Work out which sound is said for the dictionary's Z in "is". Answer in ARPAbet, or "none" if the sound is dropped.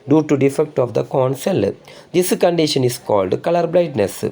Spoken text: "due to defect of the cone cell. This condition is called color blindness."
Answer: S